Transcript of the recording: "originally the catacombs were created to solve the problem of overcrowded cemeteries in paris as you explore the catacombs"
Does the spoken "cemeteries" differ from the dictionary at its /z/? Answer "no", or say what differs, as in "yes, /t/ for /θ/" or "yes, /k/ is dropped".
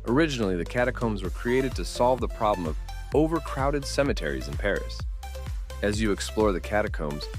no